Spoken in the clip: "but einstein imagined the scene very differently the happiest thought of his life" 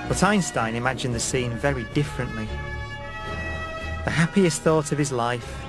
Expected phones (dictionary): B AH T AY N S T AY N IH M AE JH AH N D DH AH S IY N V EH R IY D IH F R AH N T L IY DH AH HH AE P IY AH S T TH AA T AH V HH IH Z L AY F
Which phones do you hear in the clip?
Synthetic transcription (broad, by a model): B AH T AY N S T AY N IH M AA JH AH N DH AH S IY N V EH R IY D IH F R AH N T L IY DH AH HH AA P IY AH S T TH AA T AH V IH Z L AY F